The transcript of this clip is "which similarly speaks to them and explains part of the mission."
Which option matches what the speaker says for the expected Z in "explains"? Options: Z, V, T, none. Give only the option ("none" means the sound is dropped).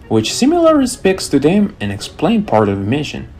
none